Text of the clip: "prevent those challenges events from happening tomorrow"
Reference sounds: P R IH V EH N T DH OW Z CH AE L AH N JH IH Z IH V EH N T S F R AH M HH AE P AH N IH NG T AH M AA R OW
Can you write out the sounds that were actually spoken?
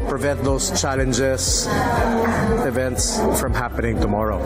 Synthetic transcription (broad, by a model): P R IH V EH N T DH OW S CH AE L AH N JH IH S IH V EH N T S F R AH M HH AE P AH N IH NG T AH M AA R OW